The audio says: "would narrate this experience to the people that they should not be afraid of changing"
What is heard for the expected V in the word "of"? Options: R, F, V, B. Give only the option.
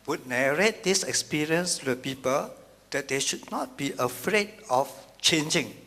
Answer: F